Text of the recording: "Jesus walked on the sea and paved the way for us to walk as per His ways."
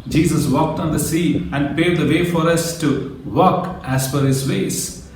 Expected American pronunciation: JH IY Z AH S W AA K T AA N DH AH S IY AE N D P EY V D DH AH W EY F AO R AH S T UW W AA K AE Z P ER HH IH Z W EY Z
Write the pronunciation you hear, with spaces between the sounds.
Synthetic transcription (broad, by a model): JH IY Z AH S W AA K T AA N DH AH S IY AE N D P EY D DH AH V EY F AO R AH S T UW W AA K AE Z F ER HH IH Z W EY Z